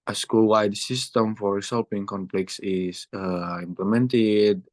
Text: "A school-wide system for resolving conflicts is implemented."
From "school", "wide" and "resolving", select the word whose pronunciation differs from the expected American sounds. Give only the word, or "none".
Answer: resolving